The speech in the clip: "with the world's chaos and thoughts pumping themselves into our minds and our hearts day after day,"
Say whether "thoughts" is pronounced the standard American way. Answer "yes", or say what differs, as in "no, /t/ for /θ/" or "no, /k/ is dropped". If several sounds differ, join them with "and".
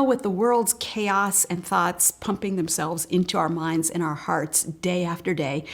yes